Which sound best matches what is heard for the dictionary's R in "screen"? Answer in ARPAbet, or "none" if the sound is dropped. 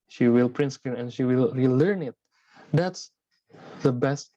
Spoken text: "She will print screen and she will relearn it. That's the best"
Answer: none